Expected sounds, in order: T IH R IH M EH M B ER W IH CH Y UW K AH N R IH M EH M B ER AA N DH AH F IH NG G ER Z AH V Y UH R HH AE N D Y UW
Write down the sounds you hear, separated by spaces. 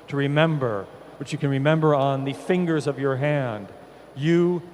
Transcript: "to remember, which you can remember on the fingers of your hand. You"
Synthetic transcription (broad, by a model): T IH R IH M EH M B ER W IH CH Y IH K AH N R IH M EH M B ER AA N DH AH F IH NG G ER Z AH V Y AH R HH AE N D Y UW